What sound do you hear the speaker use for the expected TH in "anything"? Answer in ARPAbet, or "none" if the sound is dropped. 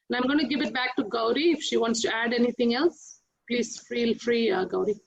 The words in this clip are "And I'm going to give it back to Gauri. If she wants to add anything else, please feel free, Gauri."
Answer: T